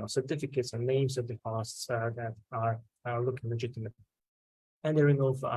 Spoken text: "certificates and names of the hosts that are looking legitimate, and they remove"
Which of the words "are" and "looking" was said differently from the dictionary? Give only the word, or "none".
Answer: none